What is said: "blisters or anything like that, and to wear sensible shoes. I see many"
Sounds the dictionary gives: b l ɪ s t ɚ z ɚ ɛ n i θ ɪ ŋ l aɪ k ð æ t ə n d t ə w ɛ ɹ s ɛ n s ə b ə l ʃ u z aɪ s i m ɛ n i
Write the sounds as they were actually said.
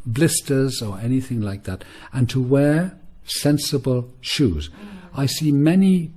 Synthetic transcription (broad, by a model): b l ɪ s t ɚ z ɚ ɛ n i θ ɪ ŋ l aɪ k ð æ t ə n t ə w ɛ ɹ s ɛ n s ə b ə l ʃ u z aɪ s i m ɛ n i